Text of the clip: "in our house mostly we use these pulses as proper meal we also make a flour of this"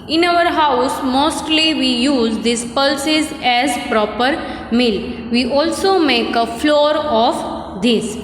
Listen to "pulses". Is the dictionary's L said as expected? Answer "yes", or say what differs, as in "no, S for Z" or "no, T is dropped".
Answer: yes